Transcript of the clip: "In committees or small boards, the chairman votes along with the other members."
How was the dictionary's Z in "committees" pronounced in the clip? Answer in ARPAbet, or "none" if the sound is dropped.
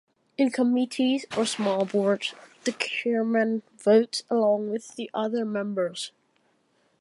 Z